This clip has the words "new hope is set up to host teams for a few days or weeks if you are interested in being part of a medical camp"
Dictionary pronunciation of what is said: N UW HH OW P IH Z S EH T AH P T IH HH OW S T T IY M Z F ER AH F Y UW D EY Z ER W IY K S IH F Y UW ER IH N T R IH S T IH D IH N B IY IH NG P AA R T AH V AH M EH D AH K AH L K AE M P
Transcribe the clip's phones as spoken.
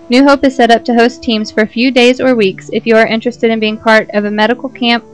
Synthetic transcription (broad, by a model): N UW HH OW P IH Z S EH T AH P T IH HH OW S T T IY M Z F ER AH F Y UW D EY Z ER W IY K S IH F Y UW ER IH N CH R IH S T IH D IH N B IY IH NG P AA R T AH V AH M EH D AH K L K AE M P